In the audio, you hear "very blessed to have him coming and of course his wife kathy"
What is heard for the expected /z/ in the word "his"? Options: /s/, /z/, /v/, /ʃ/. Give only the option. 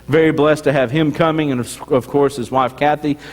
/z/